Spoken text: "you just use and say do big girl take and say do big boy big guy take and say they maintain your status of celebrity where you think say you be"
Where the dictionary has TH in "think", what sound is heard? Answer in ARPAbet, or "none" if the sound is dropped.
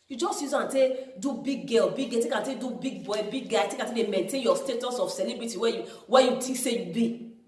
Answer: T